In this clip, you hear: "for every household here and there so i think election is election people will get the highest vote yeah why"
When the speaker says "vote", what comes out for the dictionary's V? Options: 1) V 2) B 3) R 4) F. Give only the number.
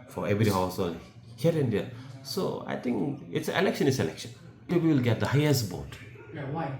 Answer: 2